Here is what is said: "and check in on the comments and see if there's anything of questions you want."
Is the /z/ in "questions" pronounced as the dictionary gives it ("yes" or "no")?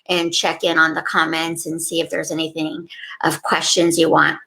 yes